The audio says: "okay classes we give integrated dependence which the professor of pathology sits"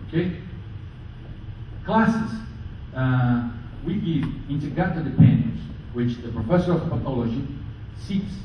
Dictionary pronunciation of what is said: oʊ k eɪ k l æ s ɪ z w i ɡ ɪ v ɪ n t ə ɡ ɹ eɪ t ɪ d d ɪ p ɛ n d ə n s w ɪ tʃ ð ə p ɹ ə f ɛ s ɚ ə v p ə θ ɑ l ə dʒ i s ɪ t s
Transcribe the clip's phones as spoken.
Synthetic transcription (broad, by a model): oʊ k eɪ k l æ s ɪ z w i ɡ ɪ v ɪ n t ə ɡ eɪ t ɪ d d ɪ p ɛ n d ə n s w ɪ tʃ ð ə p ɹ ə f ɛ s ɚ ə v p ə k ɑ l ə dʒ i s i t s